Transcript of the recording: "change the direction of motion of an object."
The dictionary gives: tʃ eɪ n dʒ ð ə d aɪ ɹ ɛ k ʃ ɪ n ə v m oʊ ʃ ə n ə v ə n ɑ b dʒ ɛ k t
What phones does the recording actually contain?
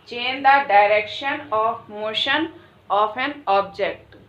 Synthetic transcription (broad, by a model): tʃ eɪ n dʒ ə d aɪ ɹ ɛ k ʃ ɪ n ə f m oʊ ʃ ə n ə f ə n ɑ b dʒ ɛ k t